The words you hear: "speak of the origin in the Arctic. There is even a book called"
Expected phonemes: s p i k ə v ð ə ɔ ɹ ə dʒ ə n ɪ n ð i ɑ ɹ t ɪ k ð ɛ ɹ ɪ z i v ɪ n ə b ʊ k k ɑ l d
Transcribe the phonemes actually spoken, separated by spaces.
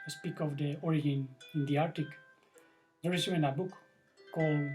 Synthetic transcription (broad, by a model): s p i k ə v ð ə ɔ ɹ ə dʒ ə n ɪ n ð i ɑ ɹ t ɪ k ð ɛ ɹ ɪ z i ɪ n ə b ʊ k k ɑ l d